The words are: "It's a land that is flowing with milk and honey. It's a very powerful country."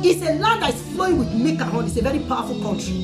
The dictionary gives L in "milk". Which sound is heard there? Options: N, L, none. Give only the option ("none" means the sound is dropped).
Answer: none